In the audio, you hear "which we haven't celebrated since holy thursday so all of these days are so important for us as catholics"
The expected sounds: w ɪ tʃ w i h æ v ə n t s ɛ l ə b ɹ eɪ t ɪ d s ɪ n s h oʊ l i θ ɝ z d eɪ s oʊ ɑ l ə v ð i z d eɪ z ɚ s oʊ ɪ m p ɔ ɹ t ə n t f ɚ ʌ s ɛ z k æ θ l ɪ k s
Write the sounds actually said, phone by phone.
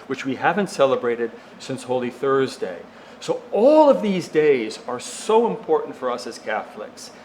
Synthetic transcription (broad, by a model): w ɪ tʃ w i h æ v ə n t s ɛ l ə b ɹ eɪ t ɪ d s ɪ n s h oʊ l i θ ɝ z d eɪ s oʊ ɑ l ə v ð i z d eɪ z ɚ s oʊ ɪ m p ɔ ɹ t n t f ɚ ʌ s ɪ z k æ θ l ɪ k s